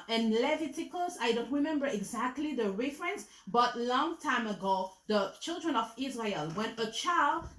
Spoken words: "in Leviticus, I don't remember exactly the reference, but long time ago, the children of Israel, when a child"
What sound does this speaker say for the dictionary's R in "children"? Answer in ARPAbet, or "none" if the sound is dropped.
R